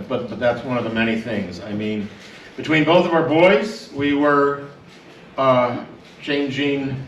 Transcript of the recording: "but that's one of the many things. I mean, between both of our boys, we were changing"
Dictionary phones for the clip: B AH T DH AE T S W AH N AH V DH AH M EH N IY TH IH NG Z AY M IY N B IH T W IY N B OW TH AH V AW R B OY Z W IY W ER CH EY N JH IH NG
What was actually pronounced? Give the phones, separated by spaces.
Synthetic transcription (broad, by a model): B AH T DH AE T S W AH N AH V DH AH M EH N IY TH IH NG Z AY M IY N B IH T W IY N B OW TH AH V AW R B OY Z W IY W ER CH EY N JH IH NG